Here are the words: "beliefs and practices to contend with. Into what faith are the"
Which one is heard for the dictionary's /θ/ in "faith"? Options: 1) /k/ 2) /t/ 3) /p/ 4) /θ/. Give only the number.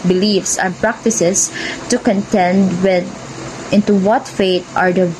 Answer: 2